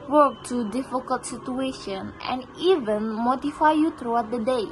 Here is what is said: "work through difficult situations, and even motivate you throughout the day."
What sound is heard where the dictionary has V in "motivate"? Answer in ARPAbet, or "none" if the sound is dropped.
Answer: F